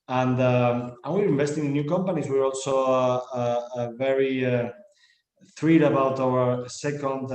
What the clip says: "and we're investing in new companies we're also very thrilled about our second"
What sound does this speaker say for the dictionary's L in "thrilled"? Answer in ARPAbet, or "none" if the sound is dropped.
none